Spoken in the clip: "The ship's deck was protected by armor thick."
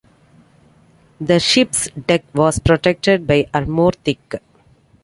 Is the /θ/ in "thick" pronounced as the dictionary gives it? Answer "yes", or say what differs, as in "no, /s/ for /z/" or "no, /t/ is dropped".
no, /t/ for /θ/